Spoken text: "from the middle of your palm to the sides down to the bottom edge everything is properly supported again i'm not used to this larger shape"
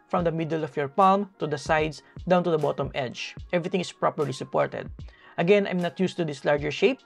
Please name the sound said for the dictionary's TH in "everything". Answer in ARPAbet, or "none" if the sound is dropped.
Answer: T